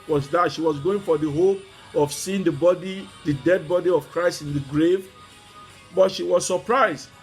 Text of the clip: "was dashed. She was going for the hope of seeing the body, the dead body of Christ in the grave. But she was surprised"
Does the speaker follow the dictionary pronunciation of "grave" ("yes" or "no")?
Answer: yes